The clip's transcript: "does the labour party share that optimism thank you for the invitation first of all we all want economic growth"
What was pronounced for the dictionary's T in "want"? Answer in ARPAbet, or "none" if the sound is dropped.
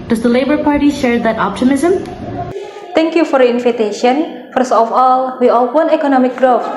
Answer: none